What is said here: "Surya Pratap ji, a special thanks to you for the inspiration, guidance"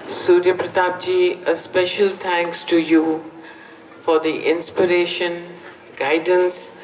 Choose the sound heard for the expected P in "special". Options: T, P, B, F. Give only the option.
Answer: P